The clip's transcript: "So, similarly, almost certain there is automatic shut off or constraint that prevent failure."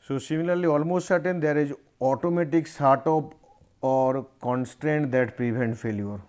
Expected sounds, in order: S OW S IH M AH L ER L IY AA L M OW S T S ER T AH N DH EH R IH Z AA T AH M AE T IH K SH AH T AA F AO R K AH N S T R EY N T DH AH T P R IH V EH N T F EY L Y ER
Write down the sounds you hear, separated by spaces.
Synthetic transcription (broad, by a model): S OW S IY M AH L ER L IY AA L M OW S T S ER T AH N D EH R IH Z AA T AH M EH T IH K S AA T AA P AO R K AH N S T R EY N T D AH T P R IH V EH N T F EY L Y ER